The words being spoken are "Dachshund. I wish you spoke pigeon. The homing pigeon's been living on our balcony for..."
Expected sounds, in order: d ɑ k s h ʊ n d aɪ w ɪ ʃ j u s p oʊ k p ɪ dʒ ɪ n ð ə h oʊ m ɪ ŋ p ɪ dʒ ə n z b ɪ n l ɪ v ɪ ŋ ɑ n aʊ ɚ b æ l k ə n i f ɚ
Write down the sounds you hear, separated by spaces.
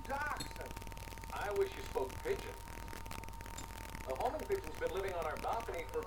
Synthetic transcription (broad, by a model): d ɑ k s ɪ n aɪ w ɪ ʃ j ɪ s p oʊ k p ɪ dʒ ɪ n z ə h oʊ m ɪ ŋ p ɪ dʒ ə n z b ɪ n l ɪ v ɪ ŋ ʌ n aʊ ɚ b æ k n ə i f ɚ